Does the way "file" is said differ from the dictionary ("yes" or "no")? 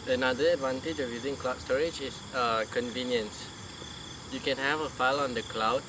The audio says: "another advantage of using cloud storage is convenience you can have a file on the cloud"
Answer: no